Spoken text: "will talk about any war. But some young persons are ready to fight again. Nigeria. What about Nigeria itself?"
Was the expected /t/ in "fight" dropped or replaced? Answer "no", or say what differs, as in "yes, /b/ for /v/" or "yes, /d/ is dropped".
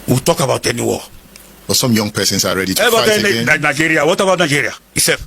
yes, /t/ is dropped